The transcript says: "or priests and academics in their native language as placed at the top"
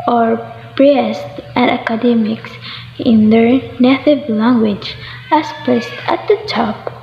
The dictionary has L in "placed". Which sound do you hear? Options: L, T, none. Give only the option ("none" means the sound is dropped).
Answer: none